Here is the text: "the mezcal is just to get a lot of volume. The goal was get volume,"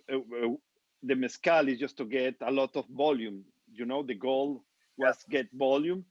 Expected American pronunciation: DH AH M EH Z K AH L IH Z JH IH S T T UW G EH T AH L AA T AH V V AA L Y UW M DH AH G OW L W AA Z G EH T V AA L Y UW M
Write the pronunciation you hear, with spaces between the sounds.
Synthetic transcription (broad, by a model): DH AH M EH S K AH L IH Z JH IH S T T UW G EH T AH L AA T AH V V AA L Y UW M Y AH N OW L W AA S G EH T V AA L Y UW M